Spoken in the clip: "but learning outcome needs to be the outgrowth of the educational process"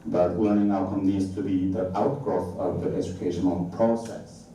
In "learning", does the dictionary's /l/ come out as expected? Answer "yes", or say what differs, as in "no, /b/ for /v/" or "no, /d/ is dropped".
no, /w/ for /l/